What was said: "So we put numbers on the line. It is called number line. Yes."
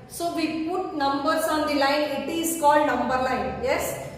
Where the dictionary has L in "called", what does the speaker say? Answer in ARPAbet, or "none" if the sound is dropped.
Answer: L